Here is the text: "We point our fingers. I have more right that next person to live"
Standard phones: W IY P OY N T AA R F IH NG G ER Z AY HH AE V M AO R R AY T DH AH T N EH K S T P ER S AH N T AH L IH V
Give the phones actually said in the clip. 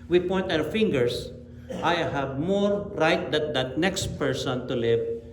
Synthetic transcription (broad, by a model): W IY P OY N T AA W F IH NG G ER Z AY HH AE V M AO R R AY T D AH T N EH K S T P ER S AH N T AH L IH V